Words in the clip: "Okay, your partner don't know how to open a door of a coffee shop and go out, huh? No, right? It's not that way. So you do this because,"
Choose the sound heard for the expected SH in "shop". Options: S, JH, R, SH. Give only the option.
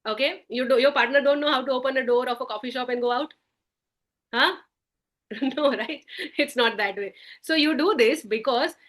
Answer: SH